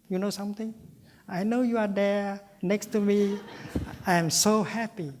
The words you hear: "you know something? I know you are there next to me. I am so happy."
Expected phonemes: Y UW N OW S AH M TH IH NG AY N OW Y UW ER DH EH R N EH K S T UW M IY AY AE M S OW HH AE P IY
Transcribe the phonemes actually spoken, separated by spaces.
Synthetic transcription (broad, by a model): Y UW N OW S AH M T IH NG AY N OW Y UW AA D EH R N EH K S T UW M IY AY M S OW HH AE P IY